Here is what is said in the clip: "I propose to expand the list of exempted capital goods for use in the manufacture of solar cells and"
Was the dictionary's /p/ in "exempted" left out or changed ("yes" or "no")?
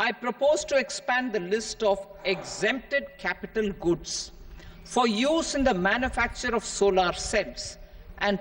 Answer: no